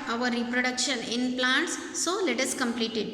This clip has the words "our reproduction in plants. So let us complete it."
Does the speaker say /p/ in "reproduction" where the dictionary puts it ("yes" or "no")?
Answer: yes